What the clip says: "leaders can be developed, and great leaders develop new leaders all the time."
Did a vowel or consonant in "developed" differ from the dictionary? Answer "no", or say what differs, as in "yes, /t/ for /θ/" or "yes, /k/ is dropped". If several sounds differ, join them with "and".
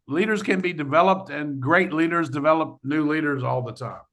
no